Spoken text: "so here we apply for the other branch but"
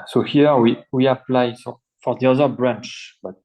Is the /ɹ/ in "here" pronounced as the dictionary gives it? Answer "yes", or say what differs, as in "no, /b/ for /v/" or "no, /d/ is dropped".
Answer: no, /w/ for /ɹ/